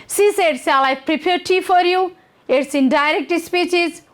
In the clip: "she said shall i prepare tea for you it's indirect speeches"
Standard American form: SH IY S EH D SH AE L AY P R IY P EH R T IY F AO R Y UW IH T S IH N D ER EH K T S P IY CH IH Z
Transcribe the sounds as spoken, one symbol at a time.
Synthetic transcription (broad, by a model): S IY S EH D S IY L AY P R IY P EH R T IY F AO R Y UW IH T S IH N D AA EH K T S P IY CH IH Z